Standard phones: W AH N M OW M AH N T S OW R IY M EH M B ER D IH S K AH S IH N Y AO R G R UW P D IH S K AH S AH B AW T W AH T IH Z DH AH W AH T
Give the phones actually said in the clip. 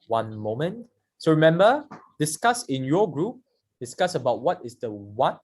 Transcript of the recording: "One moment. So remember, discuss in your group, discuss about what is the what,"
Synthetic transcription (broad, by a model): W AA N M OW M AH N T S OW R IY M EH M B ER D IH S K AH S IH N Y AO G R UW P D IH S K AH S AH B AW T W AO T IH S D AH W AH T